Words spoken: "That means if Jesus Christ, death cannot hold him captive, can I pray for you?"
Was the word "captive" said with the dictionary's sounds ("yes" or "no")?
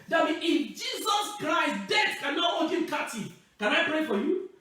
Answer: no